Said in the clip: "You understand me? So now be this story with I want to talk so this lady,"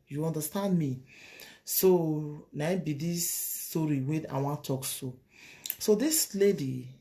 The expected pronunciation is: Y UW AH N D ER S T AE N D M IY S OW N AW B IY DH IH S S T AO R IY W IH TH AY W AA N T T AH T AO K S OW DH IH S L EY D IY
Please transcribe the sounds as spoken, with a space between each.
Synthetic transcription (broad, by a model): Y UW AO N D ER S T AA N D M IY S OW N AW B IY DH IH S S T AO R IY W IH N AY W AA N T T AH S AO S OW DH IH S L EY D IY